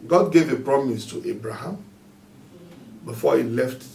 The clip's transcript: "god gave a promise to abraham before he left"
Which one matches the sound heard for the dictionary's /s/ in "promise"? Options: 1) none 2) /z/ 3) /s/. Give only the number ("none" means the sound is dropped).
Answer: 3